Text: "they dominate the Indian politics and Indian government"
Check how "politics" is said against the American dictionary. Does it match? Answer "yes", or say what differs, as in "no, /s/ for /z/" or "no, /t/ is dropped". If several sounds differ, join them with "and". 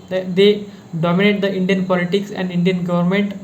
yes